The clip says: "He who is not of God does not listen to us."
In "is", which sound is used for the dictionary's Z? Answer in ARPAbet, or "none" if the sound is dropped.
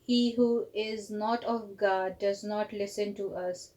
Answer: Z